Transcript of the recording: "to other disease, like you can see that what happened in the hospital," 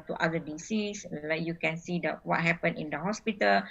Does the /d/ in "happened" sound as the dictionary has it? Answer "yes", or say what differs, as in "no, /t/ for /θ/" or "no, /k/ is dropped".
no, /d/ is dropped